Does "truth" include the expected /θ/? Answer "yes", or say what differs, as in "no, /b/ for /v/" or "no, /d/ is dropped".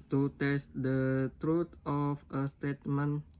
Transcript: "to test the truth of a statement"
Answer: no, /t/ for /θ/